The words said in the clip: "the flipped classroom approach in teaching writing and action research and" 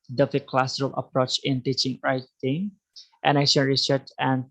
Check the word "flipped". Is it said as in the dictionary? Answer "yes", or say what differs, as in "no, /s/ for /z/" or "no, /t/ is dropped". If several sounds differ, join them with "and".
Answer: no, /l/ is dropped